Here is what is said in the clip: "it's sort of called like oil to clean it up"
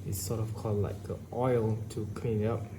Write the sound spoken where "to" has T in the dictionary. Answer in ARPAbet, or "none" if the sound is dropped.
T